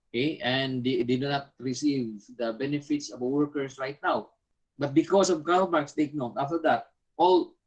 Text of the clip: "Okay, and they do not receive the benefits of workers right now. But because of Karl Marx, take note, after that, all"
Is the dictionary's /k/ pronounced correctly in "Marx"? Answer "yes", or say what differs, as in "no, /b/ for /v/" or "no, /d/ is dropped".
yes